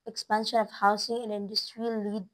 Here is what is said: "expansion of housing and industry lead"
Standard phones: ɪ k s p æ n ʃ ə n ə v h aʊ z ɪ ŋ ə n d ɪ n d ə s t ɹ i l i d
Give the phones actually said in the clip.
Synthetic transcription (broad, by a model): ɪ k s p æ n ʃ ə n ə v h aʊ s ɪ ŋ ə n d ɪ n d ə s t ɹ i l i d